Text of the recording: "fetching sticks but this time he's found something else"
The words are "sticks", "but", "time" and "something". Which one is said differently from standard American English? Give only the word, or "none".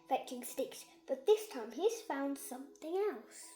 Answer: none